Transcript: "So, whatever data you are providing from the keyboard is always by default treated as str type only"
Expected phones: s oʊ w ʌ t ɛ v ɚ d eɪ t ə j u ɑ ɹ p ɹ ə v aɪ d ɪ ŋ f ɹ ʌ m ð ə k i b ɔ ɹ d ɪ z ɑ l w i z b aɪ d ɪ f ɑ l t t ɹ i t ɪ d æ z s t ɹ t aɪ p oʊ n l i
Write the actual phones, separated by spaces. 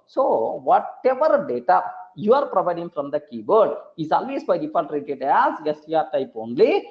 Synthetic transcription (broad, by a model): s oʊ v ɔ t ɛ v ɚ d eɪ t ə j u ɑ ɹ p ɹ ə v aɪ d ɪ ŋ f ɹ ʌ m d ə k i b ɔ ɹ d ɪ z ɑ l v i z b aɪ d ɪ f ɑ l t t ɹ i t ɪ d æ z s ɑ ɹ t aɪ p oʊ n l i